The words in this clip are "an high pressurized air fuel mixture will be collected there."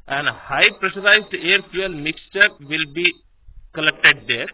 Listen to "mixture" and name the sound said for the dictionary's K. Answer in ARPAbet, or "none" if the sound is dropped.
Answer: K